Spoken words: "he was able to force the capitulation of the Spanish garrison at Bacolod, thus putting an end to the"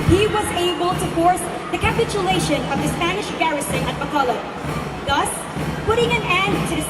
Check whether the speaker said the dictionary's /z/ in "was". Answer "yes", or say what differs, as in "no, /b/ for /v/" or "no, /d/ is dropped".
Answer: yes